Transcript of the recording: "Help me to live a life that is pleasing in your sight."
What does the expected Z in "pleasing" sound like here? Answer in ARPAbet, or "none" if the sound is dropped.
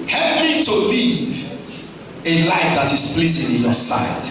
S